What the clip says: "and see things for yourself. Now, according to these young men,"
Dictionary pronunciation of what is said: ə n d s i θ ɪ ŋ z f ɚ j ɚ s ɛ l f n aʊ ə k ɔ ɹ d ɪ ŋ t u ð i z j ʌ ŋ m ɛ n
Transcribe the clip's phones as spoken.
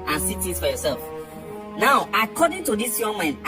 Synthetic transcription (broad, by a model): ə n s i t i z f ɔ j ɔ s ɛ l f n aʊ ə k ɔ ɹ d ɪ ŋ t u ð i s j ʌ ŋ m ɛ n